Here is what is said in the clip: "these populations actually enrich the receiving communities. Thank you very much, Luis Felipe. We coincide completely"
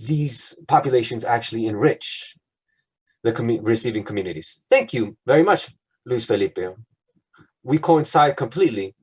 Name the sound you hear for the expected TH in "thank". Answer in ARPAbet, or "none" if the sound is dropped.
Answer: TH